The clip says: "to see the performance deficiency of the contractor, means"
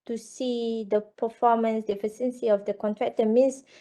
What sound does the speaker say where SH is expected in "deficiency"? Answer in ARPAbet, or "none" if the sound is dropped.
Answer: S